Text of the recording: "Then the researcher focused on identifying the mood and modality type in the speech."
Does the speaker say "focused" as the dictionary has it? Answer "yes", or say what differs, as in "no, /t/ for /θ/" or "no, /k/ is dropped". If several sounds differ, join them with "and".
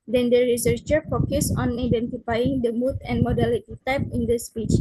no, /t/ is dropped